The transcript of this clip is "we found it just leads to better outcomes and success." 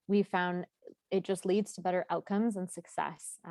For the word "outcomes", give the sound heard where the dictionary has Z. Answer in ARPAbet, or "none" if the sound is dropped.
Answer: Z